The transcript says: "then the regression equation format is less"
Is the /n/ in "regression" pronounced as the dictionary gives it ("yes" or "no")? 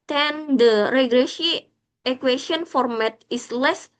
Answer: no